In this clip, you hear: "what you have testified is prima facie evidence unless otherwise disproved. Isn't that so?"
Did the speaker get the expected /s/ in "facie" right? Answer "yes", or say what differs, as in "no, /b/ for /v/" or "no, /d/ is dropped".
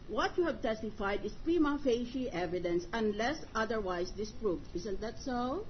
no, /ʃ/ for /s/